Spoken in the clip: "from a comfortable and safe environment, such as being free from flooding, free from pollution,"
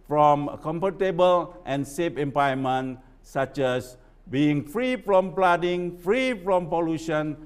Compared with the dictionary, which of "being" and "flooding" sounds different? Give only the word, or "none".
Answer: flooding